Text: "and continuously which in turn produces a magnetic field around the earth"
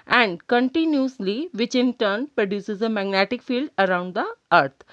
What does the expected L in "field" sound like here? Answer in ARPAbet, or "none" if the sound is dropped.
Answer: L